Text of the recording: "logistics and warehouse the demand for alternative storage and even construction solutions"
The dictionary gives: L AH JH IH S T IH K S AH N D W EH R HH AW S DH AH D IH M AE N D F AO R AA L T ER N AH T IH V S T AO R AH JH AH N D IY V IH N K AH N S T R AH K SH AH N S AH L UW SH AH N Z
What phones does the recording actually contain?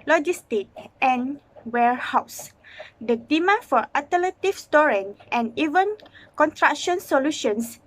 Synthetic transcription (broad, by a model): L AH JH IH S T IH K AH N W EH R HH AW S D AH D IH M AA F AO R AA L T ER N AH T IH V S T AO R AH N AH N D IY V IH N K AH N T R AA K SH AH N S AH L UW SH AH N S